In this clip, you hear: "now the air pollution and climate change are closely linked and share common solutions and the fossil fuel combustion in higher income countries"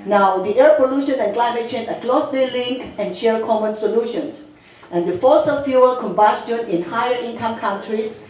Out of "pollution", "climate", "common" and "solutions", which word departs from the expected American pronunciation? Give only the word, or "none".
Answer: solutions